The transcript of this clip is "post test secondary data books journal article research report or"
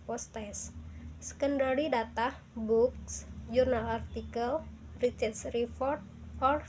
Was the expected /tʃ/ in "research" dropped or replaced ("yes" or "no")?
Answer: yes